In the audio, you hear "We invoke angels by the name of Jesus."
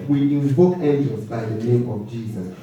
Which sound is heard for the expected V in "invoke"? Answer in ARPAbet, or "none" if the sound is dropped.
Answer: B